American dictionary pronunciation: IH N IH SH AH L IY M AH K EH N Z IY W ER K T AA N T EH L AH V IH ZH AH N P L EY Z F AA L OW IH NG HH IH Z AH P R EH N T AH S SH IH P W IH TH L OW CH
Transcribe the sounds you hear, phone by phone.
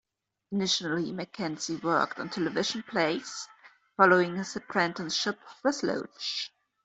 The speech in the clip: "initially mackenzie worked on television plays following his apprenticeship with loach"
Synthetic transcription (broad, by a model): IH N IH SH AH L IY M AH K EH N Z IY W ER K T N T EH L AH V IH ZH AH N P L EY S F AA L OW IH NG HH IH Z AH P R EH N T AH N SH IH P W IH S L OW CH